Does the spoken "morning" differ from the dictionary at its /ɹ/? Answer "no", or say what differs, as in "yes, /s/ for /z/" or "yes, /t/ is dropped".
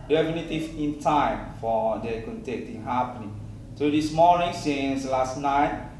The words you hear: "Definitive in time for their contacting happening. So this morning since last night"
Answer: yes, /l/ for /ɹ/